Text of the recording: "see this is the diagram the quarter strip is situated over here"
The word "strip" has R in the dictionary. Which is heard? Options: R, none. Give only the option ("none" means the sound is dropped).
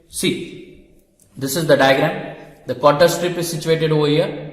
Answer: R